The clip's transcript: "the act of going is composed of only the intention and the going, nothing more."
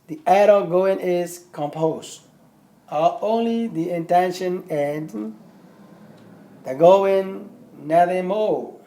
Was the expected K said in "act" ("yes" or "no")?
no